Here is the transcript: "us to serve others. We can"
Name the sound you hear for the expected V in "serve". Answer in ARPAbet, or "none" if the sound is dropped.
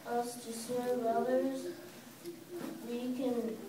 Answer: none